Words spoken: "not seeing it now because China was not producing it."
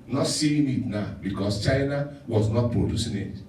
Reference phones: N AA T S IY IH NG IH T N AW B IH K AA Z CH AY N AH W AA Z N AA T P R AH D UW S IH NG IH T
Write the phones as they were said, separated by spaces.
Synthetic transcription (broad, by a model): N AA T S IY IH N IH T N AW B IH K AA S CH AY N AH W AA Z N AA T P R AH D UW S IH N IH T